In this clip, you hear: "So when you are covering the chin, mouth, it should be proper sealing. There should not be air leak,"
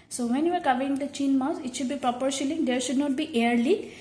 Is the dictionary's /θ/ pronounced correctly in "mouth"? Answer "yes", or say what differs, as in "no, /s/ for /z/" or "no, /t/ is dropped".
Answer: no, /s/ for /θ/